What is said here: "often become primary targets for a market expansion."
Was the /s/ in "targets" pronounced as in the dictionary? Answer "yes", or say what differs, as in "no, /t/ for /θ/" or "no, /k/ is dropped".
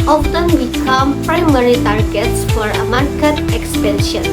yes